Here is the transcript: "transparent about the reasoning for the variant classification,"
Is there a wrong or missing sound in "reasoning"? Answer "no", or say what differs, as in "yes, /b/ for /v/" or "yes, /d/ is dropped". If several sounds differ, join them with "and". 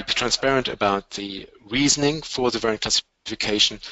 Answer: no